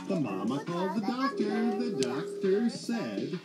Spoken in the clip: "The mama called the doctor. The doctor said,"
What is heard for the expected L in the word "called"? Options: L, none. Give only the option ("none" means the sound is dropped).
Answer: L